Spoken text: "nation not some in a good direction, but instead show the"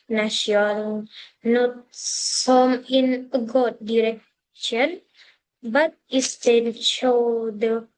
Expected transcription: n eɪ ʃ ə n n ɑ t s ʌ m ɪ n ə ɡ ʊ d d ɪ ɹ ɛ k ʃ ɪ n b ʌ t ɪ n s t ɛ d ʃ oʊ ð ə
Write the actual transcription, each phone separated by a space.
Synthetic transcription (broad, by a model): n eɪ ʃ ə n n ɑ t s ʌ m ɪ n ə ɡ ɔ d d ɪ ɹ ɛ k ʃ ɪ n b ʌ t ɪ s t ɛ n ʃ oʊ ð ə